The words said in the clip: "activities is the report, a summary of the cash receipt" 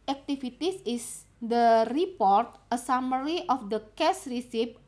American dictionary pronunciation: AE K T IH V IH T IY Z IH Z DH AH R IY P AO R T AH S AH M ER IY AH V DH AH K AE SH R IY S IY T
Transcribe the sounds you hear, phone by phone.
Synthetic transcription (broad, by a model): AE K T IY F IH T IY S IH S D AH R IY P AO R T AH S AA M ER IY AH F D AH K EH S R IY S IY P